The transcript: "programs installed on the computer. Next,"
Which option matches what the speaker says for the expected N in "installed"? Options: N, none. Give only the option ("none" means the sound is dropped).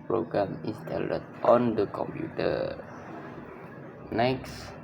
none